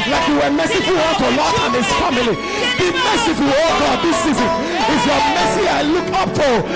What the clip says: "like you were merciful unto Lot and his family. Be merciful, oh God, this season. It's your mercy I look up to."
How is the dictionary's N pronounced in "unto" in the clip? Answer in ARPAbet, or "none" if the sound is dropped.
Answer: none